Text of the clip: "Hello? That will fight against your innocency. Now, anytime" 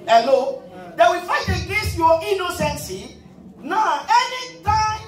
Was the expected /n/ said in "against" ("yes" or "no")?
no